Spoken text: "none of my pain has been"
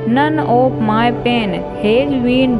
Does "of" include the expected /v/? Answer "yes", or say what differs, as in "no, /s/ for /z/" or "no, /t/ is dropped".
no, /p/ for /v/